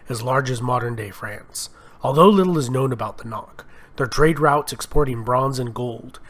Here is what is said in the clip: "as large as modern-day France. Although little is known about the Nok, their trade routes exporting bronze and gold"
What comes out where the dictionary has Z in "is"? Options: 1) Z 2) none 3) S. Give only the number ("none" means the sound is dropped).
1